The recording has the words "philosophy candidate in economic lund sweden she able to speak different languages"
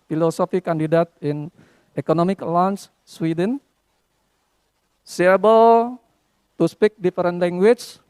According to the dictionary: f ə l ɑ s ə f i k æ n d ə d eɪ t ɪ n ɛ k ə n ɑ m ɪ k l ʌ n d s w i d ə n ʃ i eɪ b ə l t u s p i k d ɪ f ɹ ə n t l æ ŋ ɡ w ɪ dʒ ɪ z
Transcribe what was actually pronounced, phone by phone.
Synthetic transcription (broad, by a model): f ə l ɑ s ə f i k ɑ n d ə d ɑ t ɪ n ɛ k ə n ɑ m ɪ k l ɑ n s s w i d ə n s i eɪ b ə l t u s p i k d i f ɹ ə n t l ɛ ŋ ɡ w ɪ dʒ